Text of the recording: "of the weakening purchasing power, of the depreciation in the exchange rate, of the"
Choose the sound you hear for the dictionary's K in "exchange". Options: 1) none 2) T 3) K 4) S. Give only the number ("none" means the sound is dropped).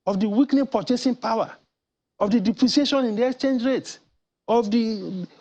3